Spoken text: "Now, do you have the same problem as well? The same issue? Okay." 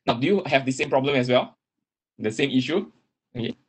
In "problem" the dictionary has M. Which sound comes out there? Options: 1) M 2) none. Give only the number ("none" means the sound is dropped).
1